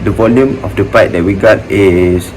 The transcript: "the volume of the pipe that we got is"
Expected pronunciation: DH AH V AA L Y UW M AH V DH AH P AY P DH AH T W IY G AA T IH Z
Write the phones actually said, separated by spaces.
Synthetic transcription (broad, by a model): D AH V AA L Y UW M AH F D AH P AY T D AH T W IY G AA T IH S